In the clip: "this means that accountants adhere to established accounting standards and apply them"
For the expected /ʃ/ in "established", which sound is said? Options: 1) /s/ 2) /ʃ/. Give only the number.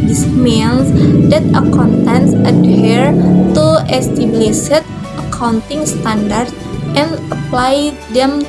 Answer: 1